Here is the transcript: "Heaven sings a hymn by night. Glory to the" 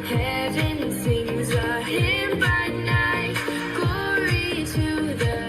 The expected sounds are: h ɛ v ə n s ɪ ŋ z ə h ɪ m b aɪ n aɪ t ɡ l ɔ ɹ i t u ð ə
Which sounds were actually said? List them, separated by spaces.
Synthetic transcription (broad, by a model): h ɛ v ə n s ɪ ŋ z ə h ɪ b aɪ n aɪ t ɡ ɔ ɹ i t u ð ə